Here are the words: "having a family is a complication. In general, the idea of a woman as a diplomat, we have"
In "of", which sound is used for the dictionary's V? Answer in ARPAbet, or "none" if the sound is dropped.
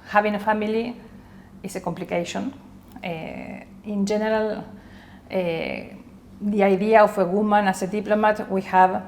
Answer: F